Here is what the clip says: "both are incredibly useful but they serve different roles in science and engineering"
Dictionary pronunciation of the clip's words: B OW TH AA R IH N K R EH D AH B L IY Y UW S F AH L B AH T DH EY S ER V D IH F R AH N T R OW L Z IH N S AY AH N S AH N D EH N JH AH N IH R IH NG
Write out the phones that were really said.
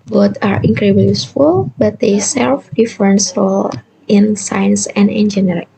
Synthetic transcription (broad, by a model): B OW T AA R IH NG K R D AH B IY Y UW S F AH L B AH T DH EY S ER F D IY F R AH N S R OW L IH N S AY AH N S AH N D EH N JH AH N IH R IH